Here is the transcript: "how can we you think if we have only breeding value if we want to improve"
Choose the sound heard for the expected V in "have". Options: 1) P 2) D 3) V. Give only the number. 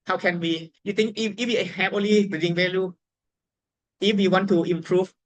1